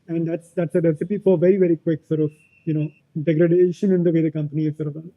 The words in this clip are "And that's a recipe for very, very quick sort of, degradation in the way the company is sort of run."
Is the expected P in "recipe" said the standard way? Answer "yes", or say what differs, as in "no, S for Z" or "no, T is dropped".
yes